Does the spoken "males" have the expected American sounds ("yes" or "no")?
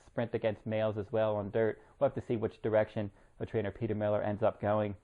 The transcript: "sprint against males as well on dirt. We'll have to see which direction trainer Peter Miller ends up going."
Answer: yes